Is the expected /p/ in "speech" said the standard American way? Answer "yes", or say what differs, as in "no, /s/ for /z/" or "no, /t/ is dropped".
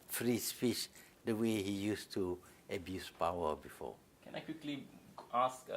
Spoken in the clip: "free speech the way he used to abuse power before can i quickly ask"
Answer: no, /f/ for /p/